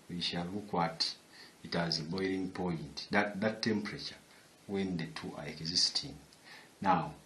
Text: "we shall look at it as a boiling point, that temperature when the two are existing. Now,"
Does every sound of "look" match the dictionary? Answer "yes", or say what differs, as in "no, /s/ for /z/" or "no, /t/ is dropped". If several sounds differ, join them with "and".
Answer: no, /w/ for /l/